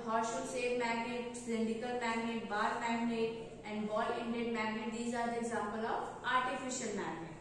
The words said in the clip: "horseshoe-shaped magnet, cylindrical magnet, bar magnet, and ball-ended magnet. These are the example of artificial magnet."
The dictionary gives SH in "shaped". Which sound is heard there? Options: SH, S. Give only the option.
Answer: S